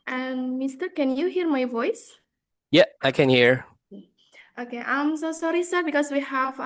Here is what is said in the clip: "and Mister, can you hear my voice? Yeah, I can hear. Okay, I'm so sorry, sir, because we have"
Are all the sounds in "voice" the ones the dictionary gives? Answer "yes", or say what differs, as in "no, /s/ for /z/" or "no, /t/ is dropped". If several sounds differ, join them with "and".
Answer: yes